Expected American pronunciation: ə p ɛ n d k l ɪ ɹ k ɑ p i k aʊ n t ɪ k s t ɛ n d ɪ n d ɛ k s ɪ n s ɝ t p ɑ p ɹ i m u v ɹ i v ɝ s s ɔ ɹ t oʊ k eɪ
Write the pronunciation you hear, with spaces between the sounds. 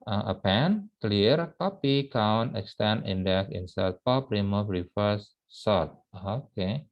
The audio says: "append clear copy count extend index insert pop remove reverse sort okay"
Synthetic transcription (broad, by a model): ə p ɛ n k l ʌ ɹ k ɑ p i k aʊ n t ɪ k s t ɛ n ɪ n d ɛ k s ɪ n s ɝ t p ɑ p ɹ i m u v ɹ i f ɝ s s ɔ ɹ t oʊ k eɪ